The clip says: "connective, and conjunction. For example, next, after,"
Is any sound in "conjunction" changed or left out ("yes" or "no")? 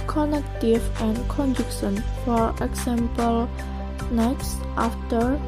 yes